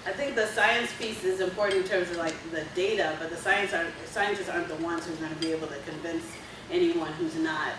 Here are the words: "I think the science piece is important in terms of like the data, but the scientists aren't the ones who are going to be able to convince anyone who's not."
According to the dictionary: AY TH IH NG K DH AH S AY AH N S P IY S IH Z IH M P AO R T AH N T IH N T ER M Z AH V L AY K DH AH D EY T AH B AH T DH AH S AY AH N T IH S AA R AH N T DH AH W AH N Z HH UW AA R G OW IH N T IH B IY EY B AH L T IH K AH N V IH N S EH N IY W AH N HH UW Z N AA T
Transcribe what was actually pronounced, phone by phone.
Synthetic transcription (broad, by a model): AY TH IH NG K DH AH S AY AH N S P IY S IH Z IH M P AO R T N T IH N T ER M Z AH V L AY K DH AH D EY T AH B AH T DH AH S AY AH N S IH S AA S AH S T DH AH W AH N Z HH UW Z G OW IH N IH B IY EY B L T IH K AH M V IH N S EH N IY W AH N HH UW Z N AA T